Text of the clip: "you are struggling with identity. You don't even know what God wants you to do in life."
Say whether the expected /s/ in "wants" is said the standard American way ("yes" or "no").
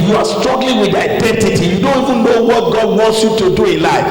yes